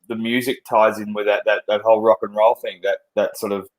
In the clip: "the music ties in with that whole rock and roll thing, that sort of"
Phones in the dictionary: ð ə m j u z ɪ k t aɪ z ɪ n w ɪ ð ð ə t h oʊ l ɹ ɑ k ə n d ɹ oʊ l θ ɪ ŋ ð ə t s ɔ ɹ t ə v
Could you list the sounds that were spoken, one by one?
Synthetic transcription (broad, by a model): ð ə m j u z ɪ k t aɪ z ɪ n w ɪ ð ð ə t h oʊ l ɹ ɑ k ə n ɹ oʊ l θ ɪ ŋ ð ə t s ɔ ɹ t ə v